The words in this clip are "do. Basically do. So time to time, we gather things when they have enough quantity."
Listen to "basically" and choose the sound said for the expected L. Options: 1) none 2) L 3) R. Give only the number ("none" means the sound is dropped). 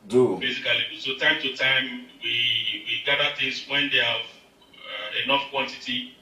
1